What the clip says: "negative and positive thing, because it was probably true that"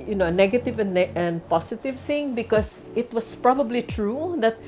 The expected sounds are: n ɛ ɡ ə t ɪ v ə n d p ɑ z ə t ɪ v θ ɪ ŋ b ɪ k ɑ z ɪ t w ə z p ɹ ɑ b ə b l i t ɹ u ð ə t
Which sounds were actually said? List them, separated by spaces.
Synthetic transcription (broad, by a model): n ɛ ɡ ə t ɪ v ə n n p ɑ s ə t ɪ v θ ɪ ŋ b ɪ k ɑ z ɪ t w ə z p ɹ ɑ b ə b l i t ɹ u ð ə t